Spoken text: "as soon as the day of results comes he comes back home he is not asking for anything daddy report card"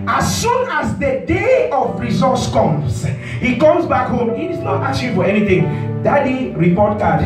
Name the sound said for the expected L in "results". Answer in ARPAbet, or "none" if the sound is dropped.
none